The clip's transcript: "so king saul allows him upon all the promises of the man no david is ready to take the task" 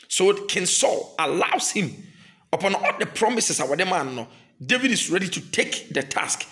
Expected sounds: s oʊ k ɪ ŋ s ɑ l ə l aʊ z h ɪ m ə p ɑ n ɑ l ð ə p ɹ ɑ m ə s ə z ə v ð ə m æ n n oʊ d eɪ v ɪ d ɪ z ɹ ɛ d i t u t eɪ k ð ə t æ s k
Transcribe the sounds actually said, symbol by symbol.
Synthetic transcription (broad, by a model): s oʊ k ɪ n s ɑ l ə l aʊ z h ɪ m ə p ɑ n ɑ l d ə p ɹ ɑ m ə s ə s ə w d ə m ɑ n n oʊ d eɪ v ɪ d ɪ s ɹ ɛ d i t u t eɪ k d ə t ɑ s k